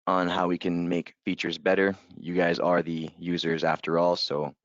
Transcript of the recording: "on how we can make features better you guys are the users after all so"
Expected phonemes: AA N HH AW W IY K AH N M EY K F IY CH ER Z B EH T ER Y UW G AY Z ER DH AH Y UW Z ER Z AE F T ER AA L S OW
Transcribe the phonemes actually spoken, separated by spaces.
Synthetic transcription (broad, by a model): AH N HH AW W IY K AH N M EY K F IY CH ER Z B EH T ER Y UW G AY Z ER DH AH Y UW Z ER Z AE F T ER AA L S OW